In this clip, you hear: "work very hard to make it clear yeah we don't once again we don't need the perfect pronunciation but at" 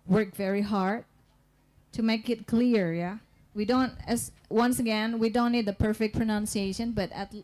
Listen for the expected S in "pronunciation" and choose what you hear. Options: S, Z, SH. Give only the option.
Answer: S